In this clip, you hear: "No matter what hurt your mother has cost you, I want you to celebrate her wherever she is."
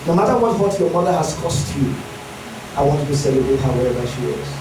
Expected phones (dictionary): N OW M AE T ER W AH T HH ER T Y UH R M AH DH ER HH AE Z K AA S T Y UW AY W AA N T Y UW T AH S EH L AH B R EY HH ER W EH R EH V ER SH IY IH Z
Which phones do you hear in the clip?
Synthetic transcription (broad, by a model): N OW M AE T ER W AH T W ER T Y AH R M AH DH ER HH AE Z K AA S T Y UW AY W AA N T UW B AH S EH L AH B EY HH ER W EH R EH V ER SH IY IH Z